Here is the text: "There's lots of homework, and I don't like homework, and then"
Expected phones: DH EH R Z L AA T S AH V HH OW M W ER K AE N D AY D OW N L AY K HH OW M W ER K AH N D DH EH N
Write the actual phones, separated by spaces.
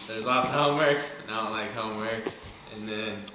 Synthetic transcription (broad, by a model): DH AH R Z L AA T AH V HH OW M W ER K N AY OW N L AY K HH OW M W ER K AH N DH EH N